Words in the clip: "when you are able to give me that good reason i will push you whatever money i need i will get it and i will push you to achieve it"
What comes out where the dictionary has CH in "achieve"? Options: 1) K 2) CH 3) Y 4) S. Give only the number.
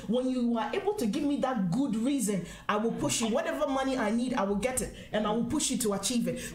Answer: 2